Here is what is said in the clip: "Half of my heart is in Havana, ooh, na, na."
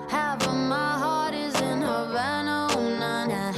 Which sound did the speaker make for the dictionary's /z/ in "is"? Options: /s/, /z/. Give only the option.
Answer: /z/